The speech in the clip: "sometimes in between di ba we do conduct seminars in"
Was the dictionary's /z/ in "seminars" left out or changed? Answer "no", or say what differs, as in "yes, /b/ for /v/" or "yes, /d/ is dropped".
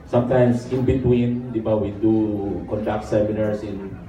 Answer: yes, /s/ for /z/